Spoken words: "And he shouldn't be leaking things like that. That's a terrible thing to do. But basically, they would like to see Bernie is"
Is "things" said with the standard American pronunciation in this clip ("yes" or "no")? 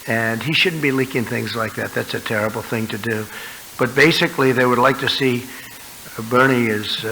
yes